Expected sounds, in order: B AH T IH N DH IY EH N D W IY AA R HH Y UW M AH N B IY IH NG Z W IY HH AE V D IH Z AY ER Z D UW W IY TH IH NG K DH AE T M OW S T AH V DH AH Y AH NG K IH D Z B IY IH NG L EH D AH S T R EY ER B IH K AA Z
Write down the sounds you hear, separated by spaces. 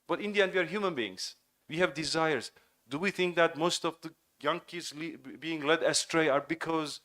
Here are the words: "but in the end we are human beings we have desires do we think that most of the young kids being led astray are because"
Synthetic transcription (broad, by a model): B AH T IH N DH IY EH N D W IY AA R HH Y UW M AH N B IY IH NG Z W IY HH AE V D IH Z AY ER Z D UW W IY TH IH NG K DH AE T M OW S T AH V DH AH Y AH NG K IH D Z B IY IH NG L EH D AH S T R EY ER B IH K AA Z